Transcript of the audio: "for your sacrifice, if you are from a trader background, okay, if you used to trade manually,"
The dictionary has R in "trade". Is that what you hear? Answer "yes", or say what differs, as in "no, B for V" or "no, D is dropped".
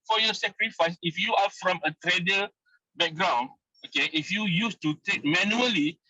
no, R is dropped